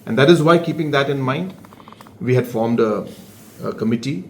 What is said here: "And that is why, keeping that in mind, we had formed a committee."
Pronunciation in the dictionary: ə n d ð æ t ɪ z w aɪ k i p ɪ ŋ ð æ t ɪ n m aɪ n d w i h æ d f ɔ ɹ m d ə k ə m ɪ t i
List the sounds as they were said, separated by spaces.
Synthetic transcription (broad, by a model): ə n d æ t ɪ z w aɪ k i p ɪ ŋ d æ t ɪ n m aɪ n d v i h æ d f ɔ ɹ m d ə k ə m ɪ t i